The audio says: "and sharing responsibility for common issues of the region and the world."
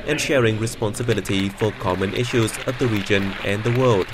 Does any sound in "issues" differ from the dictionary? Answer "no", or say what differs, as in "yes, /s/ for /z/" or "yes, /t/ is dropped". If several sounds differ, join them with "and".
no